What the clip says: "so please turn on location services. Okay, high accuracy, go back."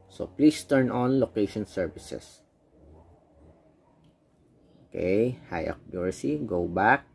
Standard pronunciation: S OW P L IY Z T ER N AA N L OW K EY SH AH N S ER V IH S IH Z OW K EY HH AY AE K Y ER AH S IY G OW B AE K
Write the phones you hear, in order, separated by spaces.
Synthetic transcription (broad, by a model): S OW P L IY S T ER N AA N L OW K EY SH AH N S ER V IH S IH S OW K EY HH AY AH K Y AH S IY G OW B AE K